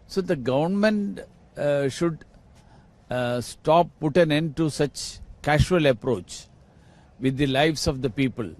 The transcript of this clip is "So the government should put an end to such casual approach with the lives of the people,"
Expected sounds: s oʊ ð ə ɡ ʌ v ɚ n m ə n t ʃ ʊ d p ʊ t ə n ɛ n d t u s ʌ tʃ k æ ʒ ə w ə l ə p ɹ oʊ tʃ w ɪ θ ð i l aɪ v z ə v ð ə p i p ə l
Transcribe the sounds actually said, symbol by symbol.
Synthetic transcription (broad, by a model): s oʊ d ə ɡ ʌ v ɚ n m ə n t ʃ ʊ d p ʊ t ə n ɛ n d t u s ʌ tʃ k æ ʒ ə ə l ə p ɹ oʊ tʃ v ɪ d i l aɪ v s ə v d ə p i p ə l